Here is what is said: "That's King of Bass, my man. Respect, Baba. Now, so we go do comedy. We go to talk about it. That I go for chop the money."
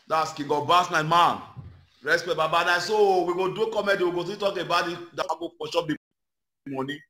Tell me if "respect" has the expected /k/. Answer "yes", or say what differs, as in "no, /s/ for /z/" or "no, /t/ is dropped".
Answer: no, /k/ is dropped